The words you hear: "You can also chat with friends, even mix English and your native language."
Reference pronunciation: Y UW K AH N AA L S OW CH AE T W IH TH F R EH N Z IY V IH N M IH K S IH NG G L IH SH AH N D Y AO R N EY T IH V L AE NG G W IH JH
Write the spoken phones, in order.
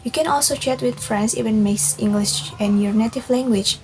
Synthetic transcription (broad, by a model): Y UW K AH N AA L S OW CH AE T W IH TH F R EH N S IY V IH N M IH S IH NG G L IH SH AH N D Y AO R N EY T IH V L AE NG G W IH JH